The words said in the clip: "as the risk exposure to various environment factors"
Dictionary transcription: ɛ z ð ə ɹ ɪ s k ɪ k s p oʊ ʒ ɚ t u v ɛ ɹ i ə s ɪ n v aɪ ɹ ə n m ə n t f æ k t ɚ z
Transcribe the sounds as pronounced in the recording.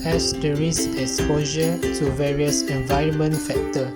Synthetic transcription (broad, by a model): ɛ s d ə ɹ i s ɪ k s p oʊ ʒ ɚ t u v ɛ ɹ i ə s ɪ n v aɪ ɹ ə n m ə n t f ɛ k t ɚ